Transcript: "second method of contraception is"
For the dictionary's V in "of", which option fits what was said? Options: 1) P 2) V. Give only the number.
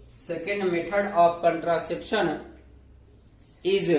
1